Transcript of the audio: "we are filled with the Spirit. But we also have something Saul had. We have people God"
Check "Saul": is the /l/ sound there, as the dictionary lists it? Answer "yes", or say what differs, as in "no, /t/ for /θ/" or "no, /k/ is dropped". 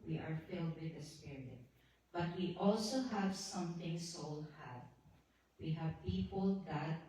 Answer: yes